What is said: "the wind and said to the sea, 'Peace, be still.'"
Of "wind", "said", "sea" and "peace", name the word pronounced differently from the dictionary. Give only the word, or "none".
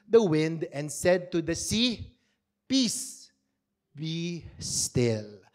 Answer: none